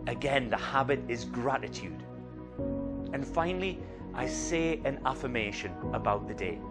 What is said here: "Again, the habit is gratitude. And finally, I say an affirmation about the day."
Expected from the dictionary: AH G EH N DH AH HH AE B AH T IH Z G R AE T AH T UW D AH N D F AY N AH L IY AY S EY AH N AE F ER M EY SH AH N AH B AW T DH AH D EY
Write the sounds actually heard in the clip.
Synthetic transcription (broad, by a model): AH G EH N DH AH HH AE B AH T IH Z G R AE T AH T UW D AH N F AY N L IY AY S EY AH N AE F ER M EY SH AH N AH B AW T DH AH D EY